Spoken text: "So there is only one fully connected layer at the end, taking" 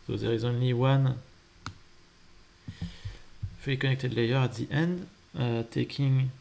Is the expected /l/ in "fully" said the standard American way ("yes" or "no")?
no